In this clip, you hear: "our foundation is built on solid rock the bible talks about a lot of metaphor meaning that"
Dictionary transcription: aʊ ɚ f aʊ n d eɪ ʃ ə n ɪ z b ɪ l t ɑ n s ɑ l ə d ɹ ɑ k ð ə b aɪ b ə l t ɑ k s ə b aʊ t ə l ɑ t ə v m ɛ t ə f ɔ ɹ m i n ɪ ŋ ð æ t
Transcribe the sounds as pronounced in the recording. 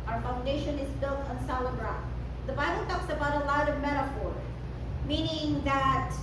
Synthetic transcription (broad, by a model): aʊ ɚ f aʊ n d eɪ ʃ ə n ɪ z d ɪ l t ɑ n s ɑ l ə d ɹ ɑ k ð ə b aɪ b ə l t ɑ k s ə b aʊ t ə l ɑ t ə v m ɛ t ə f ɔ ɹ m i n ɪ ŋ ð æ t